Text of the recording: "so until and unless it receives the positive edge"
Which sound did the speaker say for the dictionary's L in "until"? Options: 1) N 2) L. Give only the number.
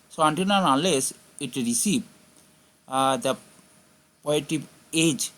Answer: 1